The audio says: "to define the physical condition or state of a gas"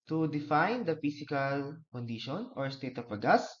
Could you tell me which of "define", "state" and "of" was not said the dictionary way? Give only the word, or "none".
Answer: of